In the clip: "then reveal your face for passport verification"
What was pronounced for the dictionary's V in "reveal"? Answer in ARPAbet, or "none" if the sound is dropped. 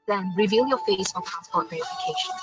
V